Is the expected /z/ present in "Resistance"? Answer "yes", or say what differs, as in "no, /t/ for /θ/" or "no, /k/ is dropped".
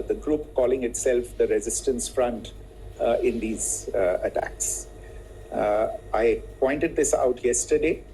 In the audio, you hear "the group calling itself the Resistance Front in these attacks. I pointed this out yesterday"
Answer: yes